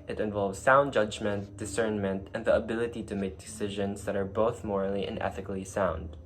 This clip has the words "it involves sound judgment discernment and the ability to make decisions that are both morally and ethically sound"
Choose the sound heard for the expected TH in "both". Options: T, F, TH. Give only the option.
TH